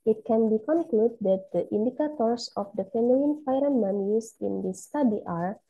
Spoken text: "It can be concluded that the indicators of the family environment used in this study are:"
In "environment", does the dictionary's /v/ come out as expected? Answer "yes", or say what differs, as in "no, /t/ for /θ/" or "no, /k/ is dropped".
no, /f/ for /v/